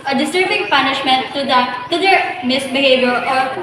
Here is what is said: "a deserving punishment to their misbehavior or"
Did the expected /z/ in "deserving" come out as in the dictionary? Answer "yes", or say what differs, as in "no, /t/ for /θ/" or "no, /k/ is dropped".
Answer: no, /s/ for /z/